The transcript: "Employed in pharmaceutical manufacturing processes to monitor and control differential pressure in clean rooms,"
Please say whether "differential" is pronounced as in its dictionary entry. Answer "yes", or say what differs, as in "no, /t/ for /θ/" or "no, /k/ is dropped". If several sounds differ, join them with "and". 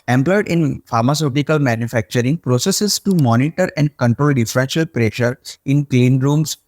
no, /n/ is dropped